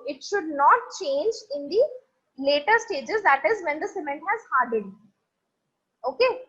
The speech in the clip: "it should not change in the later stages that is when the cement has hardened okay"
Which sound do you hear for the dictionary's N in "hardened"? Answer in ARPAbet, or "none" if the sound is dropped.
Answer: none